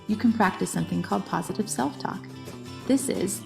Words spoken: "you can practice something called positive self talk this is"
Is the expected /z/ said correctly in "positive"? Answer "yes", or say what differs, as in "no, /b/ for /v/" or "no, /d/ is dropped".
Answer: yes